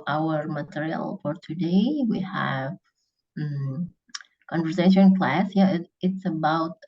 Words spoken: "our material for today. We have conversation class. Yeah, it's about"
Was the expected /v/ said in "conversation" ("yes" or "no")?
yes